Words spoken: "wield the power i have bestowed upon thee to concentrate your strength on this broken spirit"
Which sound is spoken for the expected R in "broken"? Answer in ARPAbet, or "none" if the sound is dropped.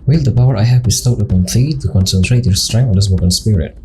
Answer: none